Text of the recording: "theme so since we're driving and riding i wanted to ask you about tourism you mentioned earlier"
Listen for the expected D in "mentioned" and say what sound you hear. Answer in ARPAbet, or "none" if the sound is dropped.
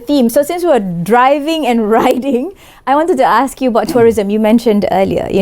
D